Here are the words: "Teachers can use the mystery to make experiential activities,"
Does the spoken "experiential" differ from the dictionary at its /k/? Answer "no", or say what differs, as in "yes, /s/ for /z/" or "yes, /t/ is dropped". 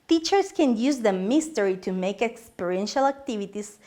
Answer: no